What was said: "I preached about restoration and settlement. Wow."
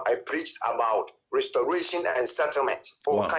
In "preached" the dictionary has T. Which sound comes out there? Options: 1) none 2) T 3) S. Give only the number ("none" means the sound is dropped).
2